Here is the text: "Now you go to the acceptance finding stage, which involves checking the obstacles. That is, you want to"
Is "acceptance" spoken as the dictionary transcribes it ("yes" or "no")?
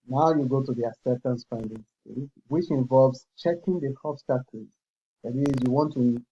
no